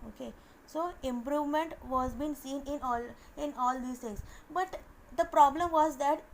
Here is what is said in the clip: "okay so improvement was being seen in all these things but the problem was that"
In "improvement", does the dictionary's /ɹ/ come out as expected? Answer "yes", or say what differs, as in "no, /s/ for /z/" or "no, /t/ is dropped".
yes